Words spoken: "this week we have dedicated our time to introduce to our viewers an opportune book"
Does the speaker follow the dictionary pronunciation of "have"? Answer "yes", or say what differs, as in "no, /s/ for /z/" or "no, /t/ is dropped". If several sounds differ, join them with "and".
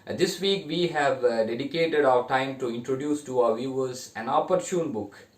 yes